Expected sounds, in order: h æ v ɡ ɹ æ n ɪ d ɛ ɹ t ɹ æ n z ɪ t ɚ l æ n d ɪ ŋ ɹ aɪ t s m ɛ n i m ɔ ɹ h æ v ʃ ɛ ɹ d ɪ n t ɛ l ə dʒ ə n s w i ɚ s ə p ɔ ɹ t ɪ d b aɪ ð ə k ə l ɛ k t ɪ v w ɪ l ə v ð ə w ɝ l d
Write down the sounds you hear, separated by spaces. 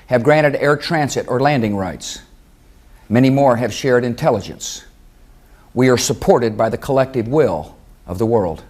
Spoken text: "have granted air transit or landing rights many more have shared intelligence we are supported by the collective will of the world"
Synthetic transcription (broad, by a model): h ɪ v ɡ ɹ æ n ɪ d ɛ ɹ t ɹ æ n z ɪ t ɚ l æ n d ɪ ŋ ɹ aɪ t s m ɛ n i m ɔ ɹ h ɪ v ʃ ɛ ɹ d ɪ n t ɛ l ə dʒ ə n s w i ɚ s ə p ɔ ɹ t ɪ d b aɪ ð ə k ə l ɛ k t ɪ v w ɪ l ə v ð ə w ɝ l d